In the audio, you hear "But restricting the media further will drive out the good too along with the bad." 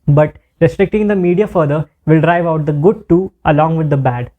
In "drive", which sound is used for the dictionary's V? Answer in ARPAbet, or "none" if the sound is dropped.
V